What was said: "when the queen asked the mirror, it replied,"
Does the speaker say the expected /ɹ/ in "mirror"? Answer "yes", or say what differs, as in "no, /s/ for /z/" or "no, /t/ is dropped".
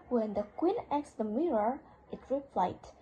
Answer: yes